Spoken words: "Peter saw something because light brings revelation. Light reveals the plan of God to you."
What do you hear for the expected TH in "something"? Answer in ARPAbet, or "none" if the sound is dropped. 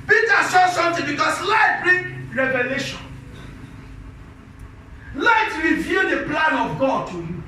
T